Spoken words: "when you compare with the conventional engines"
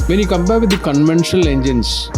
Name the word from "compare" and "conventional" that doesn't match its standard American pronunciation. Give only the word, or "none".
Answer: compare